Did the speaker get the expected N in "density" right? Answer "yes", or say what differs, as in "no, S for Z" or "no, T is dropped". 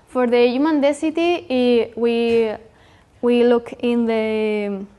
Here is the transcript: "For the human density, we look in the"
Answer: no, N is dropped